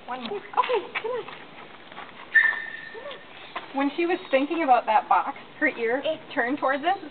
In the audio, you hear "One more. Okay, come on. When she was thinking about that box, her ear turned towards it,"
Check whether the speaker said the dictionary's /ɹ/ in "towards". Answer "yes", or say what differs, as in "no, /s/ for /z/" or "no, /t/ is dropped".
yes